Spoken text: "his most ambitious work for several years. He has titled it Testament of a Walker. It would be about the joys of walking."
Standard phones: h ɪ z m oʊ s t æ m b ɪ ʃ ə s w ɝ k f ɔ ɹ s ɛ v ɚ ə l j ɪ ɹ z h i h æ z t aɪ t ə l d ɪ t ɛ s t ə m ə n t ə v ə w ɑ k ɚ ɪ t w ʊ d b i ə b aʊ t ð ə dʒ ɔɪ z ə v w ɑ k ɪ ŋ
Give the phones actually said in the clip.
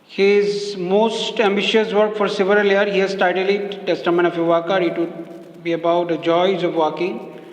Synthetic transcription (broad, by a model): h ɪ z m oʊ s t æ m b ɪ ʃ ə s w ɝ k f ɔ ɹ s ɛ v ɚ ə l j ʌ ɹ h i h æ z t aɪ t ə l ɪ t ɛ s t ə m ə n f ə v ə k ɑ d ɪ t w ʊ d b i ə b aʊ t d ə dʒ ɔɪ z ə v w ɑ k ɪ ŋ